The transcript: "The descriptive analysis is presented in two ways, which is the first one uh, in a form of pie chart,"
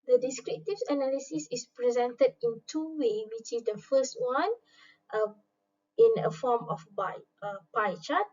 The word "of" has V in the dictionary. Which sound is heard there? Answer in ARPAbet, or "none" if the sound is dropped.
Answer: B